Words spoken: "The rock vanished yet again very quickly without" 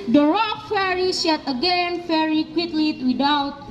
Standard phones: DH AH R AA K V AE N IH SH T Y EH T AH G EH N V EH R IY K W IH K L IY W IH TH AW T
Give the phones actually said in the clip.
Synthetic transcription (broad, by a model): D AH R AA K F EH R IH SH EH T AH G EH N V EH R IY K W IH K L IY W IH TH AW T